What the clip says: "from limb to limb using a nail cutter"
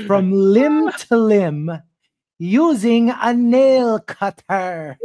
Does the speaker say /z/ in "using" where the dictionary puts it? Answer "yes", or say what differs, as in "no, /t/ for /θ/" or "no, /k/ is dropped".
yes